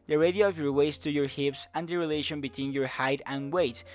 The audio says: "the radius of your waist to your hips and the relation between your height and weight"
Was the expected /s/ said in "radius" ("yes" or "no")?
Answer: no